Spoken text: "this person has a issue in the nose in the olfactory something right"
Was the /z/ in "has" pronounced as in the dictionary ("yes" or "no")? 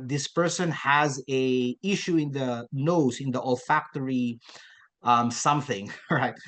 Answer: yes